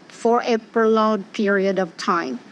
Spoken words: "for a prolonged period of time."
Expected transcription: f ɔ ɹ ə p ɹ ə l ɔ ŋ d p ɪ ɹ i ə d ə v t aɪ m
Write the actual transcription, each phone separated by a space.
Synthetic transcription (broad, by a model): f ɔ ɹ ə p ə l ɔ d p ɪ ɹ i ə d ə v t aɪ m